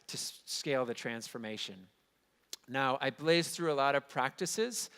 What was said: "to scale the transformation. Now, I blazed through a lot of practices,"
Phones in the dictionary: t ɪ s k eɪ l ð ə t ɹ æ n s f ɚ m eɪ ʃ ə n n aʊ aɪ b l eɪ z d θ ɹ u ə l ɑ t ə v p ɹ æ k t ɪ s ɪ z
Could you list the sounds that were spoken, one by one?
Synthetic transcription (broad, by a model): t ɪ s k eɪ l ð ə t ɹ æ n s f ɚ m eɪ ʃ ə n n aʊ aɪ b l eɪ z θ ɹ u ə l ɑ t ə v p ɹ æ k t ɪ s ɪ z